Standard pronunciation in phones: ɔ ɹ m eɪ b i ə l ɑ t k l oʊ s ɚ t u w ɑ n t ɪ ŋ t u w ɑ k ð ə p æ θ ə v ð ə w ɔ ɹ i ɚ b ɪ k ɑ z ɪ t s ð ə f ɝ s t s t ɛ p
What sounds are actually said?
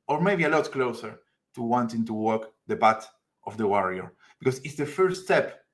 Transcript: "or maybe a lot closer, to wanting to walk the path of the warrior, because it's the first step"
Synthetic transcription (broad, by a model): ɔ ɹ m eɪ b i ə l ɑ t k l oʊ s ɚ t u w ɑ n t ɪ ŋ t u w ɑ k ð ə b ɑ t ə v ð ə w ɔ ɹ i ɚ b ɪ k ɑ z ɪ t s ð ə f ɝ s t s t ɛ p